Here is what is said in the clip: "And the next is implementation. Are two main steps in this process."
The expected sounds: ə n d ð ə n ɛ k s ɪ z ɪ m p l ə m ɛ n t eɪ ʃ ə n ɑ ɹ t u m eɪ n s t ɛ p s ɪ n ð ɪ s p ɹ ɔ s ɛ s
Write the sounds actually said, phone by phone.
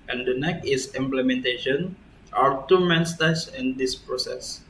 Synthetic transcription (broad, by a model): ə n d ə n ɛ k ɪ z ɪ m p l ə m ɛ n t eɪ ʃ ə n ɑ ɹ t u m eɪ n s t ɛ s ɪ n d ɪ s p ɹ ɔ s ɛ s